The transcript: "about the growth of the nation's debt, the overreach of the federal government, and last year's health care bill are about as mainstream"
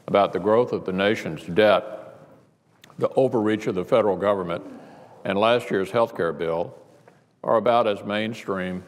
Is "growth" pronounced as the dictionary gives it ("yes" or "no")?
yes